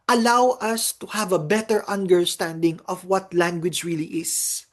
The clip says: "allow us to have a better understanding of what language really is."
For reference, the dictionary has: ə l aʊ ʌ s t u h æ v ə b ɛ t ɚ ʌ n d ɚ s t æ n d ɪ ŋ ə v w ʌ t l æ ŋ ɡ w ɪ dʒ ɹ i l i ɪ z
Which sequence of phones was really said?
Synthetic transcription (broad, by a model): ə l aʊ ʌ s t u h æ v ə b ɛ t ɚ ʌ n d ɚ s t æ n d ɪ ŋ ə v w ʌ t l æ ŋ ɡ w ɪ dʒ ɹ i l i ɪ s